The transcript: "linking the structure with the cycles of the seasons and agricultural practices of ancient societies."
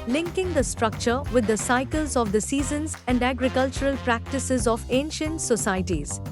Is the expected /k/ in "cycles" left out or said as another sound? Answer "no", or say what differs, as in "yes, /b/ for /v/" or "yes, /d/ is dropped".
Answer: no